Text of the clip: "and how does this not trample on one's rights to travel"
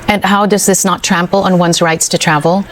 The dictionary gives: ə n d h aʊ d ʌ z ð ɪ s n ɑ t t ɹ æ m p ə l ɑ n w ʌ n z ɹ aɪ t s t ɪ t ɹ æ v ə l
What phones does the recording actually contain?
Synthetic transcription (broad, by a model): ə n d h aʊ d ʌ z ð ɪ s n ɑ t t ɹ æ m p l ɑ n w ʌ n z ɹ aɪ t s t ɪ t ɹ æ v l